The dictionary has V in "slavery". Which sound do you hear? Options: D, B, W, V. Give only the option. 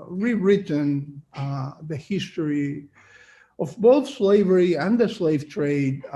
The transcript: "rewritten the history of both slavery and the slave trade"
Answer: V